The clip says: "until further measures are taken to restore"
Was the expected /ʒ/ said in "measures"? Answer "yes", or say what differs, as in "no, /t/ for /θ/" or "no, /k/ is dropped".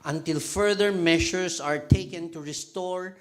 no, /ʃ/ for /ʒ/